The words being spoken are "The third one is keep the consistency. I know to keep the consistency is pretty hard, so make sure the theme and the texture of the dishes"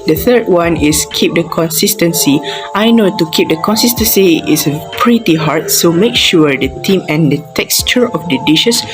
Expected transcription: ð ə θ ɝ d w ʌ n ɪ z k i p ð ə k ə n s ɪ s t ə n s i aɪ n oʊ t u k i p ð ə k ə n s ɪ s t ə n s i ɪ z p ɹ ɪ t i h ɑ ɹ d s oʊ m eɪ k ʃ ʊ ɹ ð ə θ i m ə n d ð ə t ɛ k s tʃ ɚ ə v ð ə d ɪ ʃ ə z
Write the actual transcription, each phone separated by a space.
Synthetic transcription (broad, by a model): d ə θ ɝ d w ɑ n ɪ s k i p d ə k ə n s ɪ s t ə n s i aɪ n oʊ t u k i p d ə k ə n s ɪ s t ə n s i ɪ s p ɹ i t i h ɑ ɹ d s oʊ m eɪ k ʃ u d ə t i m ə n d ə t ɛ k s tʃ ɚ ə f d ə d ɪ ʃ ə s